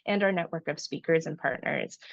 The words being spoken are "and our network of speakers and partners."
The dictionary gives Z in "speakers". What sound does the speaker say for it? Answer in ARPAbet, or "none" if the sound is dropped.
Z